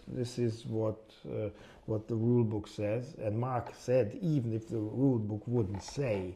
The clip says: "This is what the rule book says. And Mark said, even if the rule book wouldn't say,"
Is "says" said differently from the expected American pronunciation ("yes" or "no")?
no